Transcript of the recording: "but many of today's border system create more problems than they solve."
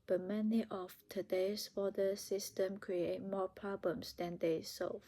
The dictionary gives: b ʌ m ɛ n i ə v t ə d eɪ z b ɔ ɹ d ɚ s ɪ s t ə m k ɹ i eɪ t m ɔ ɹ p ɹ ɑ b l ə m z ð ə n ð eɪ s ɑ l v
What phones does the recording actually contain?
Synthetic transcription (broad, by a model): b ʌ m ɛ n i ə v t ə d eɪ s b ɔ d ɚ s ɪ s t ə m k ɹ i eɪ t m ɔ p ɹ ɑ b l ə m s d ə n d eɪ s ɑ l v